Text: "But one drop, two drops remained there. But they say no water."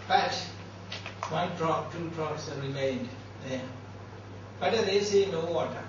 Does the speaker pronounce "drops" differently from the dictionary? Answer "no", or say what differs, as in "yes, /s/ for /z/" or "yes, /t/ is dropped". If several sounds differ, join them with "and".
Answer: yes, /p/ is dropped